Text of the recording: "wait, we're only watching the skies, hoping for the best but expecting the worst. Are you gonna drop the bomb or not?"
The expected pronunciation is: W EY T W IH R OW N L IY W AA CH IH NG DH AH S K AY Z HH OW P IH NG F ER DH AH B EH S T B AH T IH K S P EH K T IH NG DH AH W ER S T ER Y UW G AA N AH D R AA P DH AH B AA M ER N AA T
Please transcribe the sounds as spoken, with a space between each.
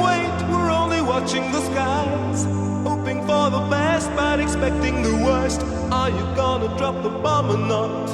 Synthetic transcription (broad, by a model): W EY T W IH R OW N L IY W AA CH IH NG DH AH S K AY Z HH OW P IH NG F ER DH AH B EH S T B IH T IH K S P EH K T IH NG DH AH W ER S T ER Y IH G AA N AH D R AA P DH AH B AA M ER N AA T